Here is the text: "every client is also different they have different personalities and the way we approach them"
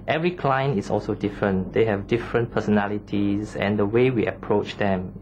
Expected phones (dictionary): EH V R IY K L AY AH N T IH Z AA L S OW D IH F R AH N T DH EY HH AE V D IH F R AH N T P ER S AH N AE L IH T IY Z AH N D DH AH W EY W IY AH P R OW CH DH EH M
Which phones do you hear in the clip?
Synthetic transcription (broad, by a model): EH V R IY K L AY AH N IH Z AA L S OW D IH F R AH N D EY HH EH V D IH F R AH N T P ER S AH N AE L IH T IY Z AH N D AH W EY W IY AH P R OW CH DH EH M